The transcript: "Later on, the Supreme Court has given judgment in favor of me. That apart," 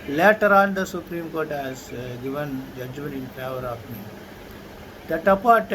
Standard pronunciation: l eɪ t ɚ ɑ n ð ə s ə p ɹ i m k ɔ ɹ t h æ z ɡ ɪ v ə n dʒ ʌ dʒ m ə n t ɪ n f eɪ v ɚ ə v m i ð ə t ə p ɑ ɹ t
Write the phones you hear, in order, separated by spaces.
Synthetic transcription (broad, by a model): l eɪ t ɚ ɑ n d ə s ə p ɹ i m k ɔ ɹ t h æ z ɡ ɪ v ə n dʒ ʌ dʒ m ə n t ɪ n p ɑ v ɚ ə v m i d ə t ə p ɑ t